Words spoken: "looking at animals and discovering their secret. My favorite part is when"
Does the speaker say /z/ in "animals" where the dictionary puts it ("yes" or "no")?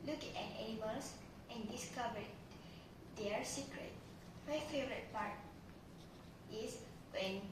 no